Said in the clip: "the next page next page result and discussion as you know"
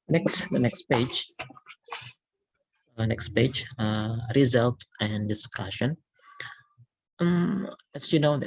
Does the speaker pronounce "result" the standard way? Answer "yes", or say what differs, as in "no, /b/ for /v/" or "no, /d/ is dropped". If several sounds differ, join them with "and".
yes